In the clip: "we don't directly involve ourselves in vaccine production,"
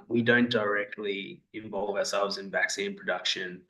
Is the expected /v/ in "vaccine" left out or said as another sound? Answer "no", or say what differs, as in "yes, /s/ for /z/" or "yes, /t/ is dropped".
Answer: no